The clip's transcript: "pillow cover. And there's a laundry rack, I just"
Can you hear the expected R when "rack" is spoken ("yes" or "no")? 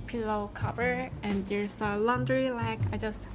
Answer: no